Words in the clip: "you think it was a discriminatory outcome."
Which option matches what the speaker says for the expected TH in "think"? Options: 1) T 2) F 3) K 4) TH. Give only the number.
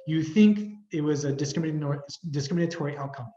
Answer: 4